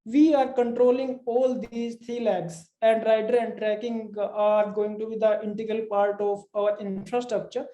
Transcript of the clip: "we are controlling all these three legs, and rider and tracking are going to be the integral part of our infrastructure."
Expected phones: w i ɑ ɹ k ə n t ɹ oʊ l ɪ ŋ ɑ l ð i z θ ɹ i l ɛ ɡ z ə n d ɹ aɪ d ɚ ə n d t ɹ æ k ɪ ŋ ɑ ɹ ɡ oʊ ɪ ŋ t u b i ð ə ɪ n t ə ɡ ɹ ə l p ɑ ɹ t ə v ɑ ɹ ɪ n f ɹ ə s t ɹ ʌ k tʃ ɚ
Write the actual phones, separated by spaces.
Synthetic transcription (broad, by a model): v i ɑ ɹ k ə n t ɹ oʊ l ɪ ŋ ɑ l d i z t ɹ i l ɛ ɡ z ə n d ɹ aɪ d ɚ ə n d t ɹ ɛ k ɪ ŋ ɑ ɹ ɡ oʊ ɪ ŋ t u b i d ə ɪ n t ə ɡ ɹ ə l p ɑ ɹ t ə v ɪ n f ɹ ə s t ɹ ʌ k tʃ ɚ